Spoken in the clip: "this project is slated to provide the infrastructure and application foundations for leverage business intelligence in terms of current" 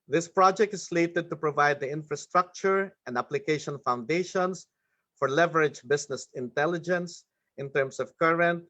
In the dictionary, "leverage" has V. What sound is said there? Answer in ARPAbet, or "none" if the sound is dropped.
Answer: V